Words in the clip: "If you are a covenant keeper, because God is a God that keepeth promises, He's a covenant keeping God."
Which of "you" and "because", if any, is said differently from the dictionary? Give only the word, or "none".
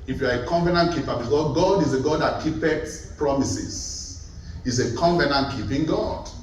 because